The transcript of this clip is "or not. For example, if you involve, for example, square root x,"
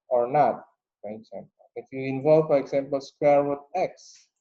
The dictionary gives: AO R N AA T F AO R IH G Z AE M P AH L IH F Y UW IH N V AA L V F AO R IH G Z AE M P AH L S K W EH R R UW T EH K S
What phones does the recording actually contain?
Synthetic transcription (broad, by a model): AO R N AA T F AO R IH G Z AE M P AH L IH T Y UW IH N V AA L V F AO R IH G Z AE M P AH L S K W EH R W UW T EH K S